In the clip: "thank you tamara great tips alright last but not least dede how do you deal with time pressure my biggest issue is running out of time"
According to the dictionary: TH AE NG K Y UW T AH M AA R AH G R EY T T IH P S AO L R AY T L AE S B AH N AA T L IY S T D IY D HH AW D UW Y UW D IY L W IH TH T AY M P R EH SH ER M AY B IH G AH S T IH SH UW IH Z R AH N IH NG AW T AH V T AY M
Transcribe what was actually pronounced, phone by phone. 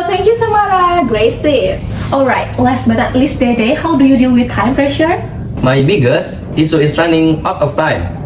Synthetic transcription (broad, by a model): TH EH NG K Y UW T AH M AA R AH G R EY T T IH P S AO L R AY T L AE S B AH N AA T L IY S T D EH D HH AW D UW Y UW D IY L W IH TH T AY M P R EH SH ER M AY B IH G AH S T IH S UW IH S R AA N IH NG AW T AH F T AY M